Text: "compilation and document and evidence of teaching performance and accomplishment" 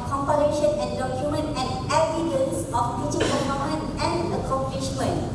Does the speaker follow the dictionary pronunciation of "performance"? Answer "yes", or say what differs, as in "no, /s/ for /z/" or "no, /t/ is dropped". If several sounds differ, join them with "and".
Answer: no, /s/ is dropped